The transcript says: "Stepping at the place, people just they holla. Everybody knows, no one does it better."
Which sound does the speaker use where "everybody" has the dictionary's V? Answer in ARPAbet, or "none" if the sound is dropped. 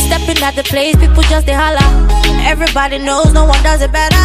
V